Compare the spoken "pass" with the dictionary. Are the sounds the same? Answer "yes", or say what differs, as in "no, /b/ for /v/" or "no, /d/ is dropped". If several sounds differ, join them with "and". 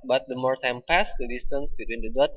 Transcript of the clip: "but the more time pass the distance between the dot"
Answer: yes